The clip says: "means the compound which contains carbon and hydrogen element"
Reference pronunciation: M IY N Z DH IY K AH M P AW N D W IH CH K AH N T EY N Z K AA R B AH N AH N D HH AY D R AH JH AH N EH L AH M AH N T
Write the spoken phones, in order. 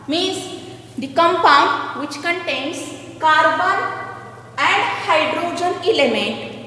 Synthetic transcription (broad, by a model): M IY N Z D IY K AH M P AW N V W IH CH K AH N T EY N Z K AA R B AH N AH N D HH AY D R AH JH AH N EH L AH M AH N T